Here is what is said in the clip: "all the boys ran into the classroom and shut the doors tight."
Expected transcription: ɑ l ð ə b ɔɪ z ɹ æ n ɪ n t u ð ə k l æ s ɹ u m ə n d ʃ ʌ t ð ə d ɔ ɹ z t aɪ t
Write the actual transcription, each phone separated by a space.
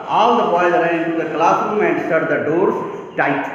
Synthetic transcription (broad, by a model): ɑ l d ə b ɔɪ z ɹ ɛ ɪ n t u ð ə k l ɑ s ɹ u m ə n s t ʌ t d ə d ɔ ɹ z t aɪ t